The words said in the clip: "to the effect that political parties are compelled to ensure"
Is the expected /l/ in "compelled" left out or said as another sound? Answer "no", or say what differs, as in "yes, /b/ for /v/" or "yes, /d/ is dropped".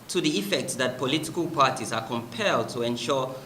no